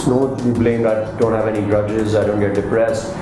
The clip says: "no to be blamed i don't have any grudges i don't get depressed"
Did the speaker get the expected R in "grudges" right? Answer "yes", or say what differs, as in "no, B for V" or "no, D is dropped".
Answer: no, R is dropped